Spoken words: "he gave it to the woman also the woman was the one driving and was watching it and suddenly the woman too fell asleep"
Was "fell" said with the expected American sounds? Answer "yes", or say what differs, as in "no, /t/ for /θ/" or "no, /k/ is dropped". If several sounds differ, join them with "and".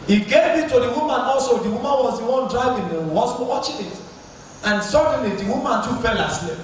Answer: no, /p/ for /f/